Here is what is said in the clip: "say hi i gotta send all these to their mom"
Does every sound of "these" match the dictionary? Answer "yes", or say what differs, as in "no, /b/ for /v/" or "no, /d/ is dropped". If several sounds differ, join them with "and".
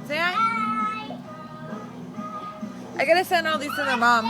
no, /s/ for /z/